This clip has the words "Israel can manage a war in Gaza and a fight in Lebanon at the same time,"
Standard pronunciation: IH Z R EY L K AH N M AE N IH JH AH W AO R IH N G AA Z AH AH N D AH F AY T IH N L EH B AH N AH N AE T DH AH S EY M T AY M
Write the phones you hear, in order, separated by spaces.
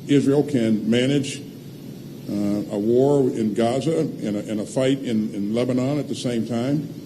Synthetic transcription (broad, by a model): IH Z R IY L K AH N M AE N IH JH AH W AO R IH N G AA Z AH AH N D AH F AY T IH N L EH B AH N AH N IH T DH AH S EY M T AY M